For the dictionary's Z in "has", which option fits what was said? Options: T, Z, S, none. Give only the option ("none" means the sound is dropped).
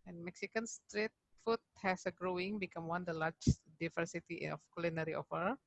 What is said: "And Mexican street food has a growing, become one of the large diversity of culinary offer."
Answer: S